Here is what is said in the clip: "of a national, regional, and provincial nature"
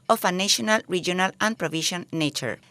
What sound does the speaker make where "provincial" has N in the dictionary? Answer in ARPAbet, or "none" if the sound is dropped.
none